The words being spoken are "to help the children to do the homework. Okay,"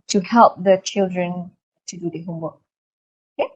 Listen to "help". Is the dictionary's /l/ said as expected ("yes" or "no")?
yes